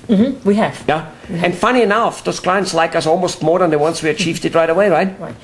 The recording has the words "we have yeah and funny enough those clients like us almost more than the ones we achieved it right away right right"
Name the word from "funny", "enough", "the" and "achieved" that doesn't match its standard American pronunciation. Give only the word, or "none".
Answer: none